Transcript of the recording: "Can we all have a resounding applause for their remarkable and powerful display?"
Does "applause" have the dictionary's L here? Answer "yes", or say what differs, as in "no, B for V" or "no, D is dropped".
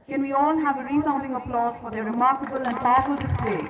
yes